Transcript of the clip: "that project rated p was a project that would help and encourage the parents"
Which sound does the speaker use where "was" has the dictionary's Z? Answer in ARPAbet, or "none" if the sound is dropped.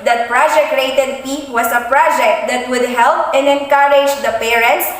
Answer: S